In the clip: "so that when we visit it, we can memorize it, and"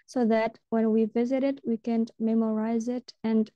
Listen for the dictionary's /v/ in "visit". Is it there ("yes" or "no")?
yes